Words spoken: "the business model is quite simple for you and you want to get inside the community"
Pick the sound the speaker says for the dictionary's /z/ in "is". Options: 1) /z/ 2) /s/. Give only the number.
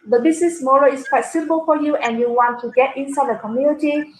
2